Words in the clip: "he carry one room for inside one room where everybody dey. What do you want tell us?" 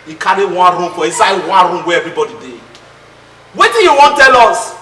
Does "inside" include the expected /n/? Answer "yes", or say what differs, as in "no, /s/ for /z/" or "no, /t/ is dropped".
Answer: no, /n/ is dropped